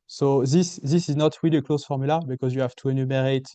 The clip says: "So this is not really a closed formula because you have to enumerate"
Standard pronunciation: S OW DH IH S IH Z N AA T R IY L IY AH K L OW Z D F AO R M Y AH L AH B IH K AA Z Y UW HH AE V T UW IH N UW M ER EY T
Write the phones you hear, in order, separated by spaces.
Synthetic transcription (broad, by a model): S OW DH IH S IH Z N AA T W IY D AH K L OW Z F AO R M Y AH L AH B IH K AA Z Y UW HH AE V T UW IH N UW M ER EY T